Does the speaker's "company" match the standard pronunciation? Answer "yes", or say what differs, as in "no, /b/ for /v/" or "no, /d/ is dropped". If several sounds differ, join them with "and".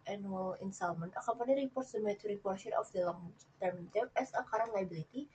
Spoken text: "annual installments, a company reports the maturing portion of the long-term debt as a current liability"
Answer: no, /m/ is dropped